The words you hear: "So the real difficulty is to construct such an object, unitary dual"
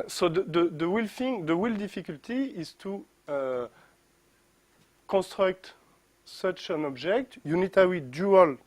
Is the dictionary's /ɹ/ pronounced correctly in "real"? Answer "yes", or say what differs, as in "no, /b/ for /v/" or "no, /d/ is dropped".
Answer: no, /w/ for /ɹ/